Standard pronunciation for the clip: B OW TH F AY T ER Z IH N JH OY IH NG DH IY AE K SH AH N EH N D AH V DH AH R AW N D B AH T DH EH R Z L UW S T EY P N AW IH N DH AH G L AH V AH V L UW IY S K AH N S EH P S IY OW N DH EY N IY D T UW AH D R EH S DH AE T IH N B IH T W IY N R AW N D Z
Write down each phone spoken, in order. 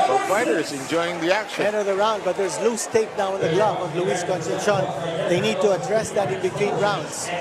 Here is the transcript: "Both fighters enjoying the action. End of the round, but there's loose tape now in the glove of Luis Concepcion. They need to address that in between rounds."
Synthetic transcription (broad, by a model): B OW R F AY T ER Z IH N JH OY IH NG DH IY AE K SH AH EH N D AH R DH AH R AW N D B AH T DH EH R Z L UW S T EY P N AW IH N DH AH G L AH B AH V L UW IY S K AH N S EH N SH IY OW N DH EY N IY D T UW AH D R EH S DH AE T IH N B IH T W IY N R AW N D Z